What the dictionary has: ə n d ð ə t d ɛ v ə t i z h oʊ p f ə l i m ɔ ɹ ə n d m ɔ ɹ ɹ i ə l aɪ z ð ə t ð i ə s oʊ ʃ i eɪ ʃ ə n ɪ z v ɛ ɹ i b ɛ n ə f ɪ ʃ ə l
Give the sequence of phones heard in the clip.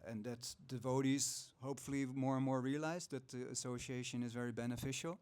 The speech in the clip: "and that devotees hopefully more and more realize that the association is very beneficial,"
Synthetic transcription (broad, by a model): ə n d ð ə t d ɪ v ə t i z h oʊ p f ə l i m ɔ ɹ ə n m ɔ ɹ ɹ i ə l aɪ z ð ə t ð i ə s oʊ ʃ i eɪ ʃ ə n ɪ z v ɛ ɹ i b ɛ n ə f ɪ ʃ l